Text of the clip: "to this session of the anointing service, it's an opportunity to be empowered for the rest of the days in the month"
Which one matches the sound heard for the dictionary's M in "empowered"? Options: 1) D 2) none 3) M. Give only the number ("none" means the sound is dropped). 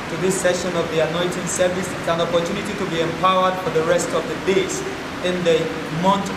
3